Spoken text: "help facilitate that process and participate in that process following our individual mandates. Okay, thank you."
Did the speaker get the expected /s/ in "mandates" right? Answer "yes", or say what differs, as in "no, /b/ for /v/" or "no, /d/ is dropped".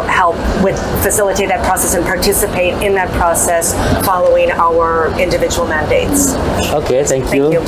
yes